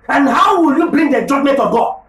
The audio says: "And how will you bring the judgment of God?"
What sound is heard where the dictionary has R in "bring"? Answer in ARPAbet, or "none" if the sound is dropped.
L